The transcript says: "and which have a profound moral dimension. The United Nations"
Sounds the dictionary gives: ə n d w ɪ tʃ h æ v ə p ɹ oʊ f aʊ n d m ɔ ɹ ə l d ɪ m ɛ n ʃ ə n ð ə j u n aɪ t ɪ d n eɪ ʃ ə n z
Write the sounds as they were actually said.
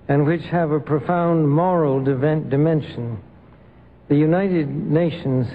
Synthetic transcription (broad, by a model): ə n w ɪ tʃ h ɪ v ə p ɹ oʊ f aʊ n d m ɔ ɹ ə n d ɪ m ɛ n ʃ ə n ð ə j u n aɪ t ɪ d n eɪ ʃ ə n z